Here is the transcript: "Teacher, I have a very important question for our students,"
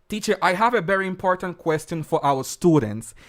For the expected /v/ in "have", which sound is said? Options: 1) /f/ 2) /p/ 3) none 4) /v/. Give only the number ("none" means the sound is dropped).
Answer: 4